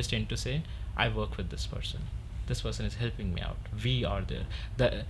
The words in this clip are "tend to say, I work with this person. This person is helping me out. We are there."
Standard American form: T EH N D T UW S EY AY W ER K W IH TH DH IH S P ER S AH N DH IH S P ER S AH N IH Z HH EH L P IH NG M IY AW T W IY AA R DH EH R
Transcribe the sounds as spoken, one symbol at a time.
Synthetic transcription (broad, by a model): T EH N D T UW S EY AY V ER K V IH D IH S P ER S AH N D IH S P ER S AH N IH Z HH EH L P IH NG M IY AW T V IY AA R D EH R